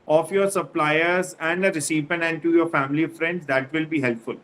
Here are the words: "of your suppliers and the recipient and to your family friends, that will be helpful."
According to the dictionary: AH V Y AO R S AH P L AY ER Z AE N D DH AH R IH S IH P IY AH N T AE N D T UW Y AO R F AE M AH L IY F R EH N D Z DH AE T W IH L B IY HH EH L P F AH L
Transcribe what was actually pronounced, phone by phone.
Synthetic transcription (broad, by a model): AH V Y AO R S AH P L AY ER Z AE N D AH R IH S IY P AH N AE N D T UW Y AO R F AE M AH L IY F R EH N D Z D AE T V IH L B IY HH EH L P F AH L